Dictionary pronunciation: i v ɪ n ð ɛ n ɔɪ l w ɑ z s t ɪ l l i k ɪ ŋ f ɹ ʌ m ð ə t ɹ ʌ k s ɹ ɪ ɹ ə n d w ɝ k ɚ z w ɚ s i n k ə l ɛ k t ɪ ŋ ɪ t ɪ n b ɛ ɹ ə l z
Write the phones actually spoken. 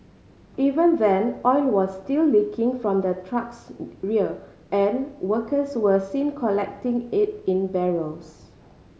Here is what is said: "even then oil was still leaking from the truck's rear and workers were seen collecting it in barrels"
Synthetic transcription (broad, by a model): i v ɪ n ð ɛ n ɔɪ n w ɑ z s t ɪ l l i k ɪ ŋ f ɹ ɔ m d ə t ɹ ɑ k s ɹ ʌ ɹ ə n w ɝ k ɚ s w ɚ s i n k ə l ɛ k t ɪ ŋ ɪ t ɪ n b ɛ ɹ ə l s